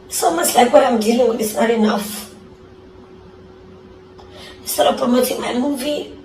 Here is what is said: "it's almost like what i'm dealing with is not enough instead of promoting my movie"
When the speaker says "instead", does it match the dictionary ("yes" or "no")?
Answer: no